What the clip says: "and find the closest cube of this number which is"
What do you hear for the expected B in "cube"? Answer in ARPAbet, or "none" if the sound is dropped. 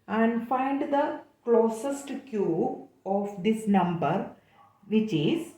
none